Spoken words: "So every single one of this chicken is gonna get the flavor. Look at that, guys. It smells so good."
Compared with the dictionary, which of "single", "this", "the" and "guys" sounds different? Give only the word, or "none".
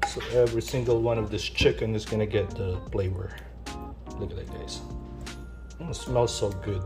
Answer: guys